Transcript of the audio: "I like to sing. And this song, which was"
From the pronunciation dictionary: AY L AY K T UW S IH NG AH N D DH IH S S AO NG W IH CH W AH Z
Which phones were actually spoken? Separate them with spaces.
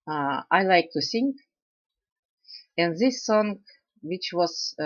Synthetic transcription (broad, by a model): AY L AY K T UW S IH NG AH N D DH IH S S AO NG W IH CH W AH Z